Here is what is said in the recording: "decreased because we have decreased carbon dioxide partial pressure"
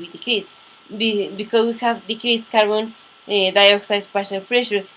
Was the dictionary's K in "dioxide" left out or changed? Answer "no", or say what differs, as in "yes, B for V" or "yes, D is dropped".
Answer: no